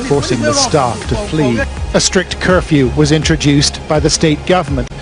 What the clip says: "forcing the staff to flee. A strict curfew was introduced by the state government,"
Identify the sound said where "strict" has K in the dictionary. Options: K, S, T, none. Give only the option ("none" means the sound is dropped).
K